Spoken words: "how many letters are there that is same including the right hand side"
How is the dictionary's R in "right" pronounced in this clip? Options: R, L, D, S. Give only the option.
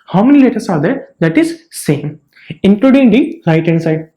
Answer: L